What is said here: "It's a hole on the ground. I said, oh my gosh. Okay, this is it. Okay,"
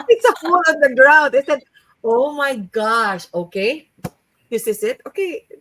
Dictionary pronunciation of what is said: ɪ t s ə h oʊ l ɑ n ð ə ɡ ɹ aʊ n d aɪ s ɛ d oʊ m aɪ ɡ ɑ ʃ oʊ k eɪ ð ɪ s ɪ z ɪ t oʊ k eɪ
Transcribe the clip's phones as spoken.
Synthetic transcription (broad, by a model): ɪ t s ə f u l ɑ n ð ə ɡ ɹ aʊ n d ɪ s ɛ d oʊ m aɪ ɡ ɑ ʃ oʊ k eɪ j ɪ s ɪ s ɪ t oʊ k eɪ